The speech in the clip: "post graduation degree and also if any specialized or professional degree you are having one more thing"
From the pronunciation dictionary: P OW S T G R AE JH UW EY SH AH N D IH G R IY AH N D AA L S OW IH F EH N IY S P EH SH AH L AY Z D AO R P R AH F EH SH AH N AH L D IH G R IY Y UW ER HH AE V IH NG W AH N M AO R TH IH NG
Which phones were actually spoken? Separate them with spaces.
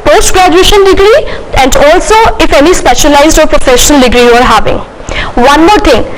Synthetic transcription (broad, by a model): P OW S T G R AE JH UW EY SH AH N D IH G R IY AH N D AA L S OW IH F EH N IY S P EH SH AH L AY Z D AO R P R AH F EH SH AH N AH L D IH G R IY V ER HH AE V IH NG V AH N M AO R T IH NG